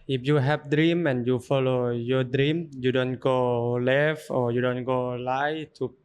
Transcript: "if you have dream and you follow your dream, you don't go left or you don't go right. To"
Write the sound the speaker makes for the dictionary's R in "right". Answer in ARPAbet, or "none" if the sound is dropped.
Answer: L